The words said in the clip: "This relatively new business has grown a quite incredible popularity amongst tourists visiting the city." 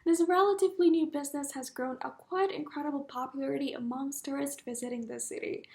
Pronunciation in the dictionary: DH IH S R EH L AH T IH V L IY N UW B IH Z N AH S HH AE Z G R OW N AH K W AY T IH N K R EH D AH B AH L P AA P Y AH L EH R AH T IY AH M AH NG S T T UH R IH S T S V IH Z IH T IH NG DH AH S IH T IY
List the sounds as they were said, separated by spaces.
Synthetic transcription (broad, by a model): DH IH S R EH L AH T IH V L IY N UW B IH Z N AH S HH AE Z G R OW N AH K W AY T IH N K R EH D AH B L P AA P Y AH L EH R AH T IY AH M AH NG S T T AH R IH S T V IH Z IH T IH NG DH AH S IH T IY